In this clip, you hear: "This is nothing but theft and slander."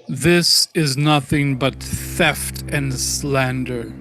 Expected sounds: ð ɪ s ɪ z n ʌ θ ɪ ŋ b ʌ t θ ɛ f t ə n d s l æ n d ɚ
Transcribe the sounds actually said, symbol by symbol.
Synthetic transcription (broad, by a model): ð ɪ s ɪ z n ʌ θ ɪ ŋ b ʌ t θ ɛ f t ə n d s l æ n d ɚ